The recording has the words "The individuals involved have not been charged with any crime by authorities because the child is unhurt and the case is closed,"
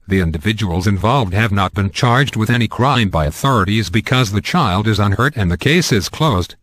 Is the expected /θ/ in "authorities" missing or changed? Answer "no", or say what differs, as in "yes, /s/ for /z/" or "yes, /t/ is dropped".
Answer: no